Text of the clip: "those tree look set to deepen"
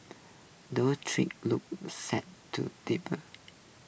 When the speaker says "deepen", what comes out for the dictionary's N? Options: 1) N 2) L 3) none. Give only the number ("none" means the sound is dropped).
3